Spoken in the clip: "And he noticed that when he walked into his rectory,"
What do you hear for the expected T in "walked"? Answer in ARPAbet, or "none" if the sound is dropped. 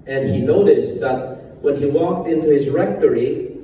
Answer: T